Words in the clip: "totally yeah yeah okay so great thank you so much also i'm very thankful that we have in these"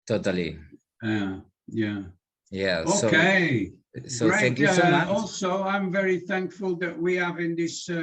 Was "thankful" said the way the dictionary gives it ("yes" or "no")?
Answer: yes